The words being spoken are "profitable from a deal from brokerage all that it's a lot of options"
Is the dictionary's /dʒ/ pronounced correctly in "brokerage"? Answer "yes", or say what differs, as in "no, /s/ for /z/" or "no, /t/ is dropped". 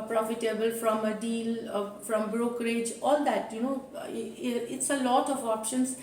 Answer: yes